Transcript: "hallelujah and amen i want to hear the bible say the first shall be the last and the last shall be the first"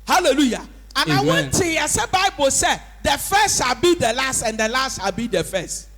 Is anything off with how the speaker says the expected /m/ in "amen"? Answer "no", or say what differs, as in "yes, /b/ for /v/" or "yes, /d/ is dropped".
yes, /m/ is dropped